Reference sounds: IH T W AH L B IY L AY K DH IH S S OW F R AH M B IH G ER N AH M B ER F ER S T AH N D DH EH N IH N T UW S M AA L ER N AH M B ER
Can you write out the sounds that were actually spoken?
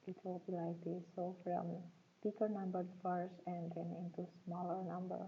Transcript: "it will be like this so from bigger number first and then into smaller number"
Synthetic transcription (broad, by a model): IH T W AH L B IY L AY K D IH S S OW F R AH M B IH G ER N AH M B ER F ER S AH N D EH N IH N T UW S M AA L ER N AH M B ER